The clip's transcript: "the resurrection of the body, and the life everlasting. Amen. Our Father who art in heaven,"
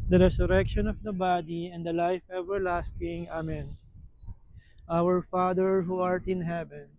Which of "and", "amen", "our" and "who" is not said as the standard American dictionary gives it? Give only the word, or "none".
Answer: none